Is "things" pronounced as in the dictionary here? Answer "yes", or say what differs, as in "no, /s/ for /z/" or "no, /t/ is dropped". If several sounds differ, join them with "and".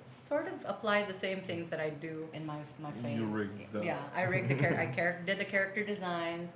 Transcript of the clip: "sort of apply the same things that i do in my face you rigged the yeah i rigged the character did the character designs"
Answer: yes